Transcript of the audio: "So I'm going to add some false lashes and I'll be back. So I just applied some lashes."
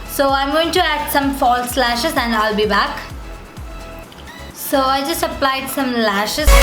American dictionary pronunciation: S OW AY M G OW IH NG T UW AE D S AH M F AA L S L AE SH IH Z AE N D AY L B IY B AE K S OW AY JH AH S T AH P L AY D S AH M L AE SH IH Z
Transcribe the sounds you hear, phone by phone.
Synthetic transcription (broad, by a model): S OW AY M G OW IH NG T UW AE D S AH M F AA L S L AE SH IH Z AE N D AY L B IY B AE K S OW AY JH AH S T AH P L AY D S AH M L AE SH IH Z